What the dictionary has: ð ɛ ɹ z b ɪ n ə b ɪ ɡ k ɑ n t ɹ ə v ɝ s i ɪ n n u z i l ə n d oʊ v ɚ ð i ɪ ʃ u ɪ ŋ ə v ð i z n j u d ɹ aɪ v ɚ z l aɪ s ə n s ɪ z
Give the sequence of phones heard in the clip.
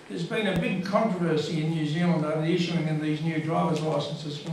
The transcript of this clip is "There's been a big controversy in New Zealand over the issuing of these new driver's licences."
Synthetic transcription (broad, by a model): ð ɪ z b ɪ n ə b ɪ ɡ k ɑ n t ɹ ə v ɝ s i ɪ n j u z i l ə n d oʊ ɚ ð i ɪ ʃ u ɪ ŋ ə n ð i z n j u d ɹ aɪ v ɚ z l aɪ s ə n s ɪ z